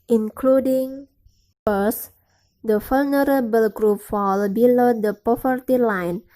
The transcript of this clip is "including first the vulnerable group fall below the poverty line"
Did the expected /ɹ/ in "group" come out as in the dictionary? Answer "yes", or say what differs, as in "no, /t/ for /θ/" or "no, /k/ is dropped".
yes